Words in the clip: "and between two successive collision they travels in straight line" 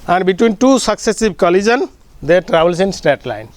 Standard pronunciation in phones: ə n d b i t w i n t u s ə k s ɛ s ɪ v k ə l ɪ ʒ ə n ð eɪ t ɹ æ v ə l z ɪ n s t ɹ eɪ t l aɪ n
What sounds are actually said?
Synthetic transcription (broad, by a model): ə n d b i t w i n t u s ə k s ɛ s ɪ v k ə l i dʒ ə n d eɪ t ɹ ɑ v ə l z ɪ n s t eɪ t l aɪ n